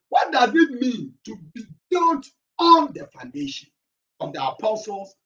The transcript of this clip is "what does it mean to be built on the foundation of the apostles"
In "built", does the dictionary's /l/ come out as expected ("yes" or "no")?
no